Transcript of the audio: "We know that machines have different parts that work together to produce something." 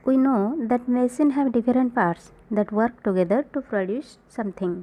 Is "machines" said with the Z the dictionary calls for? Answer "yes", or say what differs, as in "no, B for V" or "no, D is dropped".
no, Z is dropped